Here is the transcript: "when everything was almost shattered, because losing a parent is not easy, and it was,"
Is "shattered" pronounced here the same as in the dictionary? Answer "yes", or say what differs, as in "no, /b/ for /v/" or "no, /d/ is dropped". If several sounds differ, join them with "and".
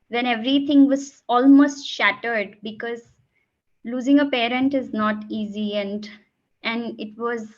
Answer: yes